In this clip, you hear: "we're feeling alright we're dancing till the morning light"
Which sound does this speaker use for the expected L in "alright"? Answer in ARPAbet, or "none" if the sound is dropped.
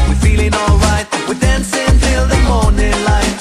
L